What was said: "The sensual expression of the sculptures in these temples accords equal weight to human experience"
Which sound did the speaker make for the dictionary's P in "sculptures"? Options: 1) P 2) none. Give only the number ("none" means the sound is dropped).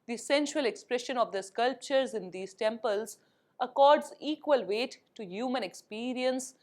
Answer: 1